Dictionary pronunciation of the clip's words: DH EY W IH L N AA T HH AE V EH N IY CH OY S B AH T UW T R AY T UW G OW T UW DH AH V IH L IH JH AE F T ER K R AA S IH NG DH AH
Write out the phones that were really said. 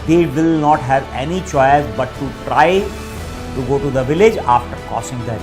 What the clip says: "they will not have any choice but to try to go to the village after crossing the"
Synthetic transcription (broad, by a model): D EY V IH L N AA T HH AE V EH N IY CH OY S B AH T UW T R AY T UW G OW T UW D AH V IH L IH JH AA F T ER K AA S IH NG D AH